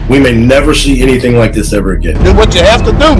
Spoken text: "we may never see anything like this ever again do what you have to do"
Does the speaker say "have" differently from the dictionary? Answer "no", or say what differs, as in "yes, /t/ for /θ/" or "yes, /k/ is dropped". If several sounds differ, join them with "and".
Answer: yes, /f/ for /v/